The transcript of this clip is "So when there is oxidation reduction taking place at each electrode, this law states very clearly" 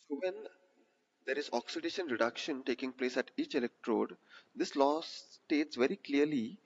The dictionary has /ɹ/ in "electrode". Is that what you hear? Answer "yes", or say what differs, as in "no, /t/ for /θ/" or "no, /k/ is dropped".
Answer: yes